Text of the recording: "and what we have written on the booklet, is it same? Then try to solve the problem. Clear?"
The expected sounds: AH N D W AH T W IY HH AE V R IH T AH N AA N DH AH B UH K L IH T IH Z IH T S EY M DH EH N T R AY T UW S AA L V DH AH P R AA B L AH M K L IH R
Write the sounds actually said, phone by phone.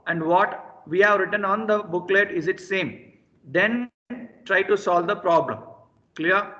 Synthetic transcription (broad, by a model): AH N D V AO T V IY HH AE V R IH T AH N AA N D AH B UH K L IH T IH Z IH T S EY M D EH N T R AY T UW S AA L V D AH P R AA B L AH M K L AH R